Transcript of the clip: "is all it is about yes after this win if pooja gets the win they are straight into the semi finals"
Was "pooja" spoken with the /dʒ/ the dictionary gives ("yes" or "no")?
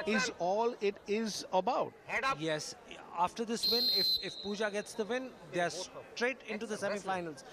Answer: yes